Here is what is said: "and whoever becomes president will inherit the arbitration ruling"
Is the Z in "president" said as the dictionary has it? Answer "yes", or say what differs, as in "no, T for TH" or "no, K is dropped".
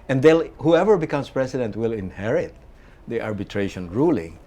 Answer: no, S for Z